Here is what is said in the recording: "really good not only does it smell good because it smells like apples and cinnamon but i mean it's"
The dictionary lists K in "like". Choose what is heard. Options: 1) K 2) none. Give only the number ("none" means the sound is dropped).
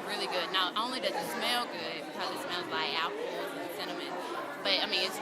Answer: 2